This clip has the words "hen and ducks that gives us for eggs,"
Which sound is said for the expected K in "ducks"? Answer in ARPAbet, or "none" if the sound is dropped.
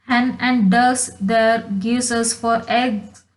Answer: none